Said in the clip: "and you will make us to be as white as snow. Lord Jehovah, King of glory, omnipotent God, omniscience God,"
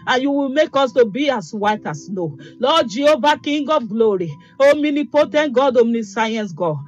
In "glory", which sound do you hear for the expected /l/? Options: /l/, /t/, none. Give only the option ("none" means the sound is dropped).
/l/